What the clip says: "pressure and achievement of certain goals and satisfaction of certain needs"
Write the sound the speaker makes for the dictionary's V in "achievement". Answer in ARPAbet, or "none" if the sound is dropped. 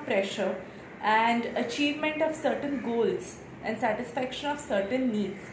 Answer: V